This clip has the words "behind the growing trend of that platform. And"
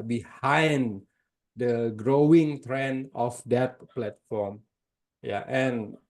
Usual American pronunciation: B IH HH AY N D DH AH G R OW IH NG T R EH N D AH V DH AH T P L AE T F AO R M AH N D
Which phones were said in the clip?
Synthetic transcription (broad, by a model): B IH HH AY N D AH G R OW IH NG T R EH N AH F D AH T P L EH T F AO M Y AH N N